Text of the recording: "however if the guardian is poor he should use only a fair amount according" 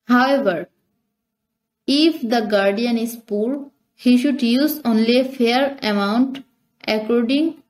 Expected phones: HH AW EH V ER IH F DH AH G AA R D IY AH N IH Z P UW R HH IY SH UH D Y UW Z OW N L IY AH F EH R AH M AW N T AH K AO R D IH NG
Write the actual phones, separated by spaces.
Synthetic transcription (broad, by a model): HH AW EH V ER IH F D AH G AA R D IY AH N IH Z P UW R HH IY SH UH D Y UW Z OW N L IY AH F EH R AH M AW N T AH K AO R D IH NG